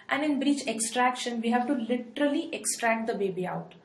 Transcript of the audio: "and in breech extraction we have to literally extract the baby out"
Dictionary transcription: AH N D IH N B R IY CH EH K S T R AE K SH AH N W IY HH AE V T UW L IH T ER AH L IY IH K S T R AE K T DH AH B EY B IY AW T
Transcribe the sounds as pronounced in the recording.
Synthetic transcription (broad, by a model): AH N D IH N B R IY CH EH K S T R AE K SH AH N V IY HH AE V T UW L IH T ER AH L IY IH K S T R AE K T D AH B EY B IY AW T